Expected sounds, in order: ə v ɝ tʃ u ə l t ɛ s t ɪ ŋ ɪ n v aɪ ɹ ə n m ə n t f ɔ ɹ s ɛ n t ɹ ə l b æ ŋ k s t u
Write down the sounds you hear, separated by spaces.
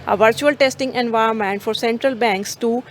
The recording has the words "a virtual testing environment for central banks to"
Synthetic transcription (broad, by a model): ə v ɝ tʃ u ə l t ɛ s t ɪ ŋ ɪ n v aɪ ə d m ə n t f ɔ ɹ s ɛ n t ɹ ə l b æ ŋ k s t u